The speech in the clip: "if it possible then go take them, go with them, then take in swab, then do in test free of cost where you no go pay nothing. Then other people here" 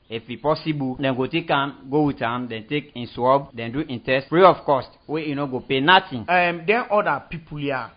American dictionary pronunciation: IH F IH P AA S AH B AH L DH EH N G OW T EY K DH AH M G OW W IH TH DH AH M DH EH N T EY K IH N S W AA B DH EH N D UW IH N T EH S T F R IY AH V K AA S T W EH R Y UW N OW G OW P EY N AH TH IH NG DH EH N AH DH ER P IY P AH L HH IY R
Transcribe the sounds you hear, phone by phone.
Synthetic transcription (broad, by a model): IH F IH P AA S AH B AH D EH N G OW T EY K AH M G OW W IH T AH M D EH N T EY K IH N S W AA B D EH N D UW IH N T EH S T F R IY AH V K AA S T W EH Y UW N OW G OW P EY N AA T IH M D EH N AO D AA P IY P AH L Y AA